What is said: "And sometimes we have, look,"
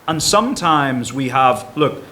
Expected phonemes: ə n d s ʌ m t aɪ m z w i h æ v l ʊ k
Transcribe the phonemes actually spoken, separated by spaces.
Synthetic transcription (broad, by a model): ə n s ʌ m t aɪ m z w i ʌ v l ʊ k